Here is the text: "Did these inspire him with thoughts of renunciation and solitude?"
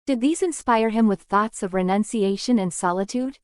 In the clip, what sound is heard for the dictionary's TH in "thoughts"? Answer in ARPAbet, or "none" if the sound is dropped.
TH